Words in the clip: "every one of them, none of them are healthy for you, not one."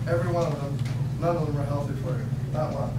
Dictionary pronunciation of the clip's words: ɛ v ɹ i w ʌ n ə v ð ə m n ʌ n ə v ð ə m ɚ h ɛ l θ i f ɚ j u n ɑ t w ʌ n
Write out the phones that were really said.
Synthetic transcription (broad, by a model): ɛ v ɹ i w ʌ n ə v ð ə m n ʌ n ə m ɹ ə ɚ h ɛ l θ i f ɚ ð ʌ l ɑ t